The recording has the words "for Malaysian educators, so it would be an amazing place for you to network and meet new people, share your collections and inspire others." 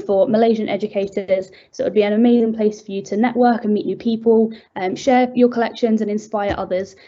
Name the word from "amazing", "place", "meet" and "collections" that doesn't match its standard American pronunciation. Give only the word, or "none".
none